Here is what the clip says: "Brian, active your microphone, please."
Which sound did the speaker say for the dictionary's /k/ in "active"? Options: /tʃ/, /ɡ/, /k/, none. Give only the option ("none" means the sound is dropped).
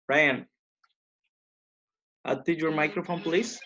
none